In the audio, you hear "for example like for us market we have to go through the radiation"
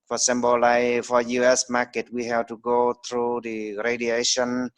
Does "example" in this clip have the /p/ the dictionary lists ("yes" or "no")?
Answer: no